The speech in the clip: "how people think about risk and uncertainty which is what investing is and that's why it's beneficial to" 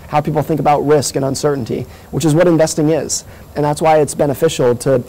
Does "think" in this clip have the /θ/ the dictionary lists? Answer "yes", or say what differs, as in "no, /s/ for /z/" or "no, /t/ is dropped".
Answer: yes